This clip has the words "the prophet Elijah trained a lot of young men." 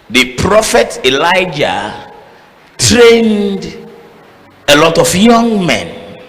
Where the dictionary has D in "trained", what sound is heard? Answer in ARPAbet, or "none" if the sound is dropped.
D